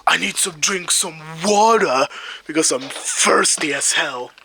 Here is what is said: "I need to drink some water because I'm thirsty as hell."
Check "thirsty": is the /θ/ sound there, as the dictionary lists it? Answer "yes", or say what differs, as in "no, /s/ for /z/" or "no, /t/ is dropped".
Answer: no, /f/ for /θ/